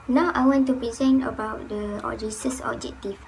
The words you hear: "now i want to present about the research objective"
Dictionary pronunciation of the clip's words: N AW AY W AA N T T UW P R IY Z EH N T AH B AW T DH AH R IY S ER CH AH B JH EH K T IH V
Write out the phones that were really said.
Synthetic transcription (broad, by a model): N AW AY W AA N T T UW P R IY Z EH N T AH B AW T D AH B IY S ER S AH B JH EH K T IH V